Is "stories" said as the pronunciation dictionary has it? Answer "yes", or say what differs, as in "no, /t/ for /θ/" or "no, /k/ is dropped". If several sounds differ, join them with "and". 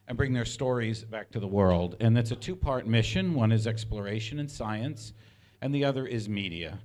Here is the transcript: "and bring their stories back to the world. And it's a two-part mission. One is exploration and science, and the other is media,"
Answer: yes